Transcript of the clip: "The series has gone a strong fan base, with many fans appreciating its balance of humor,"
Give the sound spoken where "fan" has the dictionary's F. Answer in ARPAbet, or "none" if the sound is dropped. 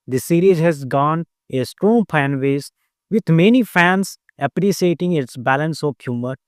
P